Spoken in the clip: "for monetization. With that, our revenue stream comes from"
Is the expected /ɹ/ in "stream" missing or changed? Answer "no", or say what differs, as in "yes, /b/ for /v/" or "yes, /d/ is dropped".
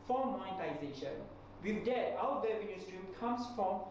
no